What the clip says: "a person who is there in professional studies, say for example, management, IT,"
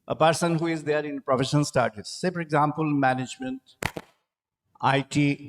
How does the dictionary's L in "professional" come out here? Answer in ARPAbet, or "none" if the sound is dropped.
N